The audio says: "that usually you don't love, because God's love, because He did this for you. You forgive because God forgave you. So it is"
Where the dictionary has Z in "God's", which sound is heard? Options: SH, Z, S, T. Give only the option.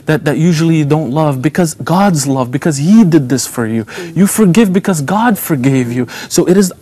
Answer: Z